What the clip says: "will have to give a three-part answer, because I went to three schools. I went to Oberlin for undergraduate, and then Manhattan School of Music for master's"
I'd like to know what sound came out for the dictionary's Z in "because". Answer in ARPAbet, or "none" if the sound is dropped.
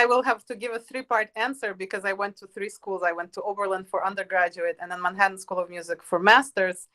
Z